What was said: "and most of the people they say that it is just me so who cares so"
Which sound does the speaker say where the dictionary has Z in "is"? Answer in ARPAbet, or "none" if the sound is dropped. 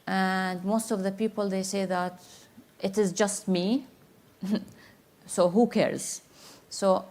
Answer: Z